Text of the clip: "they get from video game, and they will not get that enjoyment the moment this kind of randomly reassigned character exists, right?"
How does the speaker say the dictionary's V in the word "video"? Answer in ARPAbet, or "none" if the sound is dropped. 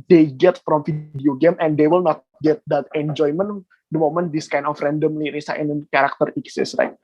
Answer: F